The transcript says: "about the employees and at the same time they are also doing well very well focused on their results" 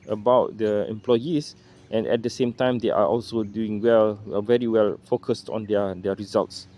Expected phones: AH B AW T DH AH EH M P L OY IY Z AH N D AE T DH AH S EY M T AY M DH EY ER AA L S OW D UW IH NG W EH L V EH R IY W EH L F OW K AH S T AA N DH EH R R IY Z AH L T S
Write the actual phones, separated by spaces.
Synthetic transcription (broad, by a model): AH B AW T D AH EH M P L OY IY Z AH N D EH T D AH S EY M T AY M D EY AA AA L S OW D UW IH NG W EH L V EH R IY W EH L F OW K AH S T AA N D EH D R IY Z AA L T S